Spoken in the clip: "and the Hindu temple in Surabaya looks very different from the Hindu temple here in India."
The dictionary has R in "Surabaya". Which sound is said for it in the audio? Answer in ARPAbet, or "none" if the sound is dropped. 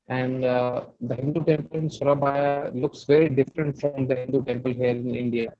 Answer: R